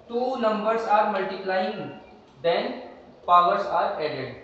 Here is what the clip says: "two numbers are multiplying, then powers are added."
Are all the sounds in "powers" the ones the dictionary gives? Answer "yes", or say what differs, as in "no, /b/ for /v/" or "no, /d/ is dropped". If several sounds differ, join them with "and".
no, /s/ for /z/